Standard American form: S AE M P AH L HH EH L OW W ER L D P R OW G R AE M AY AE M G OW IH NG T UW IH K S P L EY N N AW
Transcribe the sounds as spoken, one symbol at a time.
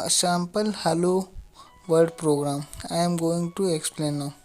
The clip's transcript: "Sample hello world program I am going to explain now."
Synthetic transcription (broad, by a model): S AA M P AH L HH EH L OW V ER D P R OW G R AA M AY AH M G OW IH NG T UW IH K S P L EY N N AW